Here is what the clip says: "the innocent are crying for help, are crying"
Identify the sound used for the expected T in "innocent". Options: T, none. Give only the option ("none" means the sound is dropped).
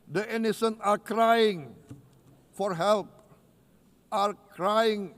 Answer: none